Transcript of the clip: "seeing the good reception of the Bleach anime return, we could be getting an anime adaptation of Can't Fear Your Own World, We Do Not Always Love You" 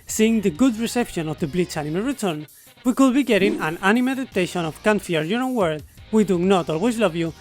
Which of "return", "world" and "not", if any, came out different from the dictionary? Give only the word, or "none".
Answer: world